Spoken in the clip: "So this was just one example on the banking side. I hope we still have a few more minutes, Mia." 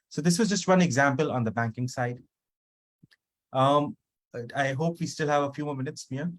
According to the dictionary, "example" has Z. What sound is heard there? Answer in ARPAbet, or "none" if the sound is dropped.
Z